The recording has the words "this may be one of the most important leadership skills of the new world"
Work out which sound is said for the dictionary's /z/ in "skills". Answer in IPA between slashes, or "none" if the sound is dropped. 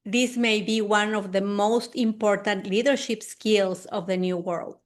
/s/